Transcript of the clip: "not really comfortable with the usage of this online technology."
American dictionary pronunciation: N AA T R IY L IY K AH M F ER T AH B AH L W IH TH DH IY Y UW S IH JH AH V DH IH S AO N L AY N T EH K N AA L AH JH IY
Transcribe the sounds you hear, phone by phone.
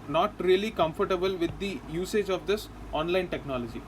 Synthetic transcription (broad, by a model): N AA T R IY L IY K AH M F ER T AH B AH L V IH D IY Y UW S IH JH AH V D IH S AO N L AY N T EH K N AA L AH JH IY